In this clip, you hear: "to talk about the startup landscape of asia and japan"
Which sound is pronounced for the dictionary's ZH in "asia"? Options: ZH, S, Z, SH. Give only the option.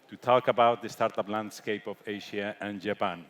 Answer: SH